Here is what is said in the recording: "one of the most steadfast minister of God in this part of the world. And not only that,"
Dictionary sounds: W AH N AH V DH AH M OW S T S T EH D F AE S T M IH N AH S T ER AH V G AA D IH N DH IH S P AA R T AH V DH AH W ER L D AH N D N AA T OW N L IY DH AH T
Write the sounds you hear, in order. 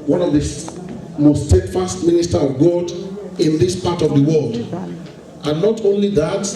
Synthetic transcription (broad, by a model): W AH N AH V DH AH M OW S T S T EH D F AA S T M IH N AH S T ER AH V G AA D IH N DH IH S P AA T AH V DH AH W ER L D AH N N AA T OW N L IY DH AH T